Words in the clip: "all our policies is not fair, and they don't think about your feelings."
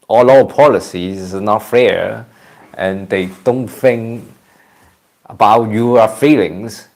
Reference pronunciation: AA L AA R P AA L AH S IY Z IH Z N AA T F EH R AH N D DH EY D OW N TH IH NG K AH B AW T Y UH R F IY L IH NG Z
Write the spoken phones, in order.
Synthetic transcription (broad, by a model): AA L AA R P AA L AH S IY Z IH N AA T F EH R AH N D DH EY D OW N TH IH NG K AH B AW T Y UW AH F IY L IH NG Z